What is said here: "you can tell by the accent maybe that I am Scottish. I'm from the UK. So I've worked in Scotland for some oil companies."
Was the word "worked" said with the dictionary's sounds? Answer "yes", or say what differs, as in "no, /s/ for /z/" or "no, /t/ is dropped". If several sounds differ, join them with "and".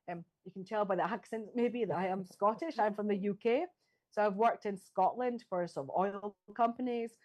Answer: yes